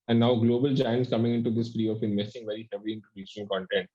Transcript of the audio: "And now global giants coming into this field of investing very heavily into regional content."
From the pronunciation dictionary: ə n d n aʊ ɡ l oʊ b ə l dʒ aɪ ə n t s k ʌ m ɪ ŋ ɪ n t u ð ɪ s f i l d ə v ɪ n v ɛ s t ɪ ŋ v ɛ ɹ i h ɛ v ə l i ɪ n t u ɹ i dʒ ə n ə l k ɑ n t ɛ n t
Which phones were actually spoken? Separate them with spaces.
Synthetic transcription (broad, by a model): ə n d n aʊ ɡ l oʊ b ə l dʒ aɪ ə n t s k ʌ m ɪ ŋ ɪ n t u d ɪ s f i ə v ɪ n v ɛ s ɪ ŋ v ɛ ɹ i h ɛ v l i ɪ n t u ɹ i ʃ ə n k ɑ n t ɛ n t